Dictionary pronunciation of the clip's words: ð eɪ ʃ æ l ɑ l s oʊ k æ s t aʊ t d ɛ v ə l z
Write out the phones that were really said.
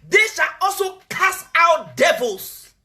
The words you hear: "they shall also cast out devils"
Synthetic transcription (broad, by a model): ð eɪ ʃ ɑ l ɑ l s oʊ k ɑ s aʊ t d ɛ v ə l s